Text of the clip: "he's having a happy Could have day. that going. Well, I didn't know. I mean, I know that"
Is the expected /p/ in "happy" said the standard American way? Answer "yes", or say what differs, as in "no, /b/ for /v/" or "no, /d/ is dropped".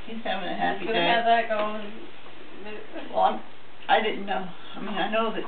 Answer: no, /p/ is dropped